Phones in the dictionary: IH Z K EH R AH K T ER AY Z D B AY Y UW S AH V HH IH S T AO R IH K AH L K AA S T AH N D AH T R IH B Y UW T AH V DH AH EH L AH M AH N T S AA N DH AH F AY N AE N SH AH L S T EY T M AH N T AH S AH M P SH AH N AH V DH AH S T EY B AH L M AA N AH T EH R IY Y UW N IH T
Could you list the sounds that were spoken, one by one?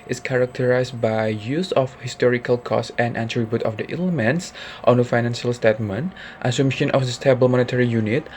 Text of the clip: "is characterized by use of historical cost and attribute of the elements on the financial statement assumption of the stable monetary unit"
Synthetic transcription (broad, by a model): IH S K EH R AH K T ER AY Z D B AY Y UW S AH F HH IH S T AO R IH K AH L K AA S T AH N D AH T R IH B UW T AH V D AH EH L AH M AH N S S AA N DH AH F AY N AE N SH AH L S T EY T M AH N T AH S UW M SH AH N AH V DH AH S T EY B AH L M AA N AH T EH R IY Y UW N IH T